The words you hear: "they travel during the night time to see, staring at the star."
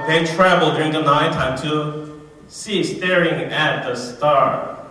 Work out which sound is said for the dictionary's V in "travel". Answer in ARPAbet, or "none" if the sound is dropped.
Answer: V